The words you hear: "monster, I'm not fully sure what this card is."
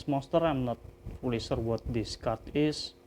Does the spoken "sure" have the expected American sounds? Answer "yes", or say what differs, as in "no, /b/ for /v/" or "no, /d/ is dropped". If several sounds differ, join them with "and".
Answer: no, /s/ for /ʃ/